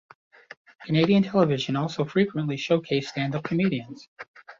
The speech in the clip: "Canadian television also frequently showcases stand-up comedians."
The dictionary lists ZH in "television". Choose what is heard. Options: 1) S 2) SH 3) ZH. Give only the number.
3